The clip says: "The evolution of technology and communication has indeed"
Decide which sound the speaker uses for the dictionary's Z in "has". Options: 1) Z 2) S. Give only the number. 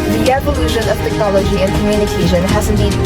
1